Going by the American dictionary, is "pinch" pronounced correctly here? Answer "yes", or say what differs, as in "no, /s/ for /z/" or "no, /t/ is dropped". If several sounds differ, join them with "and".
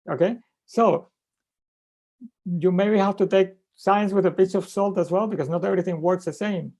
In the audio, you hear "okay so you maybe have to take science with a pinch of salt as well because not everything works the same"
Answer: no, /n/ is dropped